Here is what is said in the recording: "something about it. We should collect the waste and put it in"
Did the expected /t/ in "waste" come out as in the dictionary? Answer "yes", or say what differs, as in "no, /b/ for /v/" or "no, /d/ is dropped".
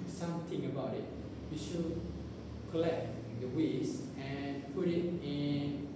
no, /t/ is dropped